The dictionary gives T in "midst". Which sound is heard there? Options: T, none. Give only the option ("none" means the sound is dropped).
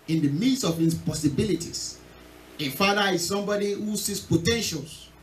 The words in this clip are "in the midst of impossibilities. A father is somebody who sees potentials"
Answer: none